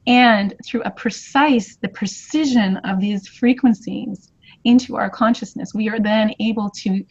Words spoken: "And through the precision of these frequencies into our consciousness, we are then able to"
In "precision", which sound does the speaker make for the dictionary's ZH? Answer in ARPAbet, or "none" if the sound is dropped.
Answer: ZH